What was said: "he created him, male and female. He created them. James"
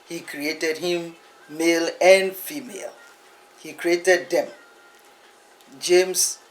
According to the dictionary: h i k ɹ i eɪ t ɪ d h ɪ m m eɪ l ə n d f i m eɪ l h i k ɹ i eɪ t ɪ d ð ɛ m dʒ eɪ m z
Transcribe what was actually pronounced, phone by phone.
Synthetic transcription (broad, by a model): h i k ɹ i eɪ t ɪ d h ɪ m m eɪ l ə n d f i m eɪ l h i k ɹ i eɪ t ɪ d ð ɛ m dʒ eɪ m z